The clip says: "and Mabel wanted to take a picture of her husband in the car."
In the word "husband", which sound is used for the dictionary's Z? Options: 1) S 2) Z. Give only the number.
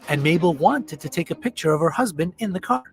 2